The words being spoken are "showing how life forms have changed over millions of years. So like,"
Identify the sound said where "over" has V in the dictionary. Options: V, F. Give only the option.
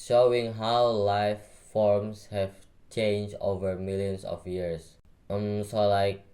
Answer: V